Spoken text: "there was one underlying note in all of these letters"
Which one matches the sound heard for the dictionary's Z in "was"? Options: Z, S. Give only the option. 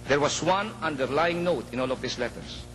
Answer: S